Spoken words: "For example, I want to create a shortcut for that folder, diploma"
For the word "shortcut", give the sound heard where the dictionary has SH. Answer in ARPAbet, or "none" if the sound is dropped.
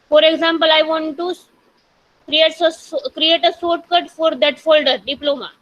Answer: S